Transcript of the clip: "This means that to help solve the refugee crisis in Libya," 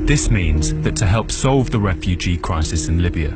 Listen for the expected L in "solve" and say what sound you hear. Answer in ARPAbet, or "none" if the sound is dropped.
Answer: L